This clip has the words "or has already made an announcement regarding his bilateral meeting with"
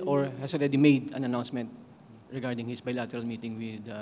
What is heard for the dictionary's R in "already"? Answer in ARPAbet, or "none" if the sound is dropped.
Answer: R